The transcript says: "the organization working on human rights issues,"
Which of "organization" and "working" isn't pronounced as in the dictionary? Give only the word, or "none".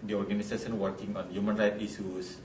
organization